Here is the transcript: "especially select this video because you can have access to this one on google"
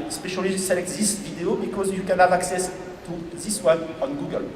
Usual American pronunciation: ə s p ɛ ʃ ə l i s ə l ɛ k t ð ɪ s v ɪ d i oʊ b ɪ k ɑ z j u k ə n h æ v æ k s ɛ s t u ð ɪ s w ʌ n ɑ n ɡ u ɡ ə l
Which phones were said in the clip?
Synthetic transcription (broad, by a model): s p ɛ ʃ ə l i s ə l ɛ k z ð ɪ s v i d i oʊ b ɪ k ɑ z j u k ə n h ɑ v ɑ k s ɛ s t u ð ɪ s w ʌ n ɑ n ɡ u ɡ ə l